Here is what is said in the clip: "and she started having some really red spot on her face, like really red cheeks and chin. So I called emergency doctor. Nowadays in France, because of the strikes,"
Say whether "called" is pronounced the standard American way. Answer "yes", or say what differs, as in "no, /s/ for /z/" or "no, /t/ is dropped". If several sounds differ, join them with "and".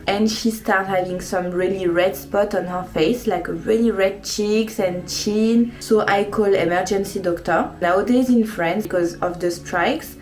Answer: no, /d/ is dropped